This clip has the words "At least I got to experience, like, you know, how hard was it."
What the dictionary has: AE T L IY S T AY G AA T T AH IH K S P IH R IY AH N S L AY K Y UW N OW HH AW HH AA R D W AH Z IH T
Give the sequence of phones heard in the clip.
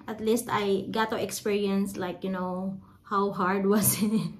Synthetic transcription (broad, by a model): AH T L IY S T AY G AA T T AH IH K S P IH R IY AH N S L AY K Y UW N OW HH AW HH AA R D W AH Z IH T